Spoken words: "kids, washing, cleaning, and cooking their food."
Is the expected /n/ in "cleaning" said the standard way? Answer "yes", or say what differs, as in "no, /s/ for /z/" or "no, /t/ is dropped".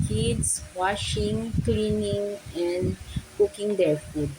yes